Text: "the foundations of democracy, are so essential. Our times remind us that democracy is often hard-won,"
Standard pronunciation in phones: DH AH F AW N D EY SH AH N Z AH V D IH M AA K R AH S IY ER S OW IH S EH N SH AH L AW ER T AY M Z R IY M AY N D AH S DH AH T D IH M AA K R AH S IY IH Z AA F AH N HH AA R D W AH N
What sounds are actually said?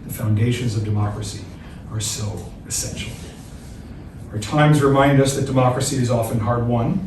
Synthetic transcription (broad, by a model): DH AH F AW N D EY SH AH N Z AH V D IH M AA K R AH S IY ER S OW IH S EH N SH L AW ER T AY M Z R IY M AY N D AH S DH AH T D IH M AA K R AH S IY IH Z AA F AH N HH AA R D W AH N